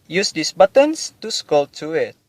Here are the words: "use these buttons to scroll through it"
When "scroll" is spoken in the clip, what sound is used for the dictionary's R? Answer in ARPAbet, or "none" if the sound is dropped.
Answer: none